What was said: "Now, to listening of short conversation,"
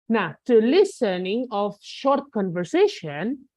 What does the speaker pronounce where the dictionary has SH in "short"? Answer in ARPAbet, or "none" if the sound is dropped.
SH